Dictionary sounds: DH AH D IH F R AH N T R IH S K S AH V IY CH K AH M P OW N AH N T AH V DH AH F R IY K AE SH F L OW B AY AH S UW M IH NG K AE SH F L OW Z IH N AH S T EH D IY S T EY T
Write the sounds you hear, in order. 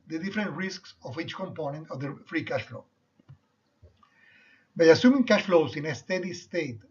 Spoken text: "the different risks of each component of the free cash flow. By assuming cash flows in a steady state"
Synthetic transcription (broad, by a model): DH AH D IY F R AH N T R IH S K S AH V IY CH K AH M P OW N AH N T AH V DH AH F R IY K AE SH F L OW B AY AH S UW M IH NG K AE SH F L OW S IH N AH S T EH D IY S T EY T